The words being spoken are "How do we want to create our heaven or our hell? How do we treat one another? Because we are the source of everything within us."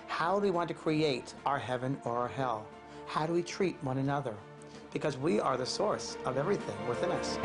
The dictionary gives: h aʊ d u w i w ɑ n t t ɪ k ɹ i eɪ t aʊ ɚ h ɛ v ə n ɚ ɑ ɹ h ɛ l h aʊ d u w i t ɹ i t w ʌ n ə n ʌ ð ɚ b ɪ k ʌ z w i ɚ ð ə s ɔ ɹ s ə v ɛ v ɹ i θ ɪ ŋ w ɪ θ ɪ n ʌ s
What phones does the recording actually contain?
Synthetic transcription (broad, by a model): h aʊ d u w i w ɑ n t t ɪ k ɹ i eɪ t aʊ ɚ h ɛ v ə n ɚ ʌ ɹ h ɛ l h aʊ d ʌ w i t ɹ i t w ʌ n ə n ʌ ð ɚ b ɪ k ʌ z w i ɚ ð ə s ɔ ɹ s ə v ɛ v ɹ i θ ɪ ŋ w ɪ θ ɪ n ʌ s